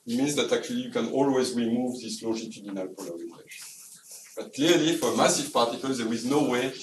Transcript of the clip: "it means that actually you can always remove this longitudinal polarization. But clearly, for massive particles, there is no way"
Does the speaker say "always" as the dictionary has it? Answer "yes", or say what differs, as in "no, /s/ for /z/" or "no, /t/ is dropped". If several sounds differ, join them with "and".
yes